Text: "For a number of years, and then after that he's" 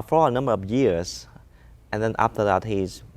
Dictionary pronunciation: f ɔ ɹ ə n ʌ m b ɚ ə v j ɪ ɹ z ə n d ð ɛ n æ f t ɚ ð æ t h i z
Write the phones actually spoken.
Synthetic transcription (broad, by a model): f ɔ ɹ ə n ʌ m b ɚ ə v j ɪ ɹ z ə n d ð ɛ n æ f t ɚ ð æ t h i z